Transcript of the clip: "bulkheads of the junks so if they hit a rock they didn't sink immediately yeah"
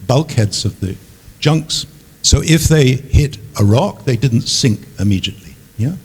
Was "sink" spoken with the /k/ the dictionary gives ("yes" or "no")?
yes